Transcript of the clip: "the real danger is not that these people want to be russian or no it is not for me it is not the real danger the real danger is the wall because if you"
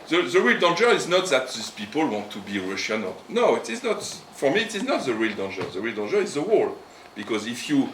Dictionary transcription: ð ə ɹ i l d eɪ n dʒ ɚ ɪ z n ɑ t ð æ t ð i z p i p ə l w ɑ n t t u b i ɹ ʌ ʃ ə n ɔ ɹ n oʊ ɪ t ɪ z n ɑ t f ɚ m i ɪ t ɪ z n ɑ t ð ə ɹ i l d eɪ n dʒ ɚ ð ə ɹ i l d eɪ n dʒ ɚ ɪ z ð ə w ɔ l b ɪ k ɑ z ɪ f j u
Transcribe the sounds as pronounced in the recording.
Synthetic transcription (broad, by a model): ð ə ɹ i l d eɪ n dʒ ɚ ɪ z n ɑ t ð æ t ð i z p i p ə l w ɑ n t t u b i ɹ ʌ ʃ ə n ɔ l n oʊ ɪ t ɪ z n ɑ t f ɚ m i t ɪ z n ɑ t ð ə ɹ i l d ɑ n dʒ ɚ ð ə ɹ i l d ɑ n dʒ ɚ ɪ z ð ə w ɔ l b ɪ k ɑ z ɪ f j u